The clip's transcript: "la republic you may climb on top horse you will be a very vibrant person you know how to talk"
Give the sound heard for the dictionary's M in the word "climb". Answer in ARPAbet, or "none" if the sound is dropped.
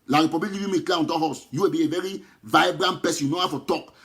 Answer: none